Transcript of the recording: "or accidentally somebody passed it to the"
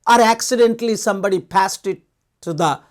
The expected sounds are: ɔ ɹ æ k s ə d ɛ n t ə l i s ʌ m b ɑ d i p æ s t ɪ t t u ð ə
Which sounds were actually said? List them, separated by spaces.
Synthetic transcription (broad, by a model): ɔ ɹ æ k s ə d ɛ n t l i s ʌ m b ɑ d i p æ s t ɪ t t u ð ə